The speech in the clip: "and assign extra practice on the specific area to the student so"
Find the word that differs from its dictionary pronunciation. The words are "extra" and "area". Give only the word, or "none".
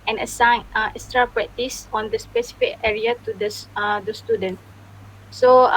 extra